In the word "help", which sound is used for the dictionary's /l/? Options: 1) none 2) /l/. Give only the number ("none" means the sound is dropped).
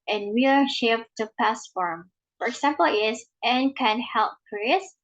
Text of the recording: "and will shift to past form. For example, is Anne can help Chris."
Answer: 2